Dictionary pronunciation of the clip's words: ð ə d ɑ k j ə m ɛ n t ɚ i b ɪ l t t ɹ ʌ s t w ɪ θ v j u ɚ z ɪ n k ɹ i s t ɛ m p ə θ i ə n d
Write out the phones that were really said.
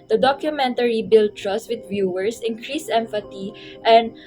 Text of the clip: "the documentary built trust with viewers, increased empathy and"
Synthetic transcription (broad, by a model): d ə d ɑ k j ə m ɛ n t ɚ i b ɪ l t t ɹ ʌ s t w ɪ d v j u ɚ s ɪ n k ɹ i s ɛ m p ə t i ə n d